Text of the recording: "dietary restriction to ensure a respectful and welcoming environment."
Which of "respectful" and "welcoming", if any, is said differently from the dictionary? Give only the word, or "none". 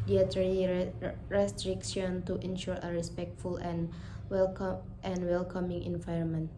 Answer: none